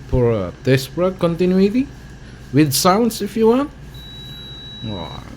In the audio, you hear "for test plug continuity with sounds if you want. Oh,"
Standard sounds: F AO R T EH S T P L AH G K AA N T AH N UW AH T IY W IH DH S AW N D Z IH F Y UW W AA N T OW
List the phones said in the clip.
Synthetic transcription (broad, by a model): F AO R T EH S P AH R K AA N T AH N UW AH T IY W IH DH S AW N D S IH F Y UW W AA N T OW